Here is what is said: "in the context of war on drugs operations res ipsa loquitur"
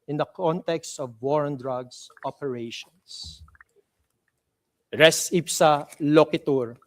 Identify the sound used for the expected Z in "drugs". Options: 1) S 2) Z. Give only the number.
1